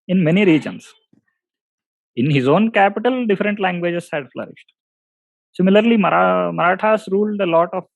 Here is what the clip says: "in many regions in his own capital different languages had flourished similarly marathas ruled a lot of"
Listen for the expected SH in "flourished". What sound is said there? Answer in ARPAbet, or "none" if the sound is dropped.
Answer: SH